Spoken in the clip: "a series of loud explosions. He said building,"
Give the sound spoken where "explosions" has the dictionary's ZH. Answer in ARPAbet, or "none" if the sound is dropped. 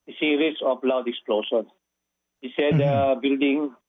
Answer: SH